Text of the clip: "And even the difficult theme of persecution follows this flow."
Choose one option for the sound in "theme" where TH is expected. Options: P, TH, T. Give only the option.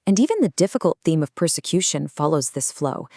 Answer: TH